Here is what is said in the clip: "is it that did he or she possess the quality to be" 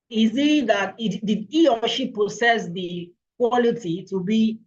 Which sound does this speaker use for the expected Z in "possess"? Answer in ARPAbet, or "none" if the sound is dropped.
S